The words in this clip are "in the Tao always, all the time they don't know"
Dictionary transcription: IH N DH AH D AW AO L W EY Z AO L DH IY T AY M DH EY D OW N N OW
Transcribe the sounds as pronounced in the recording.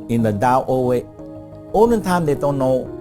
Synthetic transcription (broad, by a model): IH N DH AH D AW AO W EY AO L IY T AY M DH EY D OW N N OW